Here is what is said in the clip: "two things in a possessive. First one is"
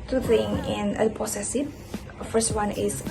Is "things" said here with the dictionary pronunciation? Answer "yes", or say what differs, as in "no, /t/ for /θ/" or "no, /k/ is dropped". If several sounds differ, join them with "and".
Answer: no, /z/ is dropped